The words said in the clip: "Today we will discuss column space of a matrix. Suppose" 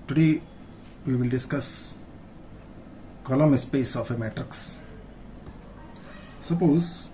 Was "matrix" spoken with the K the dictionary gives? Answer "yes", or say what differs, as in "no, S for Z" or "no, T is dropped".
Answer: yes